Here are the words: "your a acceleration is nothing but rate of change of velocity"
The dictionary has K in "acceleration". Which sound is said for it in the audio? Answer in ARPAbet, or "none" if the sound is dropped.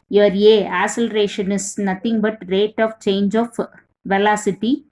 none